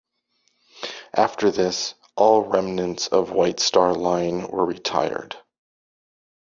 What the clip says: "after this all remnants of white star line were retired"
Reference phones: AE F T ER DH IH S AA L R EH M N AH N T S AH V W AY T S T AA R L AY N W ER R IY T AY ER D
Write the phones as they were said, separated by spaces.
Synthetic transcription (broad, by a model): AE F T ER DH IH S AA L R EH M N AH N T S AH V W AY T S T AA R L AY N W ER R IY T AY ER D